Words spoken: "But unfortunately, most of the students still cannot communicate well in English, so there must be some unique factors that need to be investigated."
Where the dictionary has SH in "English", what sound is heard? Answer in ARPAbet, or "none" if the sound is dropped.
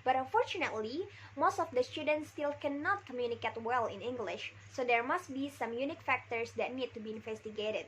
SH